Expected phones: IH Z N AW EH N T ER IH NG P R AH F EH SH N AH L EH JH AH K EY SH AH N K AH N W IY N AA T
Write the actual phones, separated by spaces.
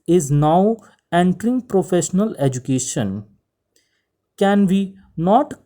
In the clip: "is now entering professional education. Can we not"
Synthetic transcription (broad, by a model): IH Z N AW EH N T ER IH NG P R AH F EH SH N AH L EH JH AH K EY SH AH N K AH N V IY N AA T